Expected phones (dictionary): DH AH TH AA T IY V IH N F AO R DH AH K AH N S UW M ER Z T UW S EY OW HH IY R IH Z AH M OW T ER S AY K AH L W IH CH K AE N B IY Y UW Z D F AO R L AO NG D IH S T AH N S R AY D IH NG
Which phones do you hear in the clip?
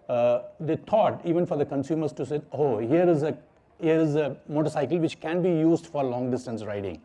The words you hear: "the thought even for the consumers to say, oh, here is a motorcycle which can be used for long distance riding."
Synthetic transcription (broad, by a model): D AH T AA T IY V IH N F AO R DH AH K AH N S UW M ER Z T UW S EY OW HH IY R IH Z AH M OW T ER S AY K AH L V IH CH K AE N B IY Y UW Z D F AO R L AO NG D IH S T AH N S R AY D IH NG